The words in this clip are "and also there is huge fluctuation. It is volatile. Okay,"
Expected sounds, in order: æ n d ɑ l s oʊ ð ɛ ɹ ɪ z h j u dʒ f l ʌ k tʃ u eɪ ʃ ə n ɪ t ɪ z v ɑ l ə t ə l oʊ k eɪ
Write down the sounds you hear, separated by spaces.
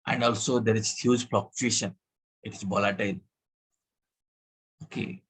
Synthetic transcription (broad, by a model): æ n d ɑ l s oʊ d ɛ ɹ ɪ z h j u dʒ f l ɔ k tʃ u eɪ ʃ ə n ɪ t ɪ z b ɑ l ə t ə l oʊ k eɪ